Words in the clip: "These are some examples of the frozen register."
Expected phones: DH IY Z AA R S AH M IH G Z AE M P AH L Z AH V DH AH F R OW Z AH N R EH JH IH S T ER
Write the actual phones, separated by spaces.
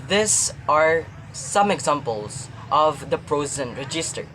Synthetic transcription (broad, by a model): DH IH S AA R S AH M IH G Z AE M P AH L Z AH V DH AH P R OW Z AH N R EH JH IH S T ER